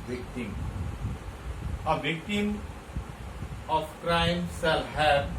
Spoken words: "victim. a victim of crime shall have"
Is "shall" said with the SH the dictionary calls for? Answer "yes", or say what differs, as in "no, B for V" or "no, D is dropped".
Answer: no, S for SH